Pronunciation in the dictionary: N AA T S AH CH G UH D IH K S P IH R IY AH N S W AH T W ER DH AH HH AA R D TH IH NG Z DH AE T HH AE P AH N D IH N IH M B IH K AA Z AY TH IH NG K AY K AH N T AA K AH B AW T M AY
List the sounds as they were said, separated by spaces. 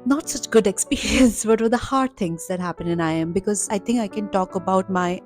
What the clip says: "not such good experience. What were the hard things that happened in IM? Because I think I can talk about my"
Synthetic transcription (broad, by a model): N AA T S AH CH G UH D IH K S P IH R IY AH N S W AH T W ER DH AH HH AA R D T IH NG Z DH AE T HH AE P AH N IH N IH M B IH K AA Z AY T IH NG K AY K AH N T AA K AH B AW T M AY